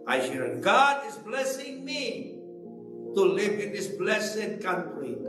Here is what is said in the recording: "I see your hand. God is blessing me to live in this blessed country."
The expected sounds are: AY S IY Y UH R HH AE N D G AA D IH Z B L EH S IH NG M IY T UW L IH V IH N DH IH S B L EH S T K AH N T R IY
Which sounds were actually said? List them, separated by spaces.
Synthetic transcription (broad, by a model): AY SH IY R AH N G AA D IH Z B L EH S IH NG M IY T UW L IH V IH N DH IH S B L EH S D K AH N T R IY